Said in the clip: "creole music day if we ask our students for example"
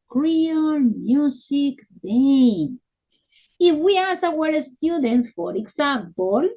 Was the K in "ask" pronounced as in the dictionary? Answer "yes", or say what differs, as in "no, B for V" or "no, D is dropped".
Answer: no, K is dropped